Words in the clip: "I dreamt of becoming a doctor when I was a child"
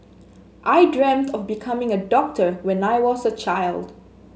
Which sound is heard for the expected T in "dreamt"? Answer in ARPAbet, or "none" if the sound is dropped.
T